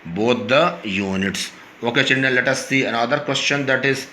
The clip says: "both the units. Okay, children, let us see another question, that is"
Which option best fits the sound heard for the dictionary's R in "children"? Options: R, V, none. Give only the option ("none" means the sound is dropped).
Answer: none